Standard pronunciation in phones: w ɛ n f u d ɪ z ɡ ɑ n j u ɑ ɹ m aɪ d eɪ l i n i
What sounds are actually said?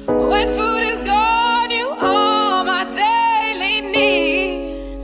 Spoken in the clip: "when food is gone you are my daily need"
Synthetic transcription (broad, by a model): w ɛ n f u d ɪ z ɡ ɑ n j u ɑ l m aɪ d eɪ l i n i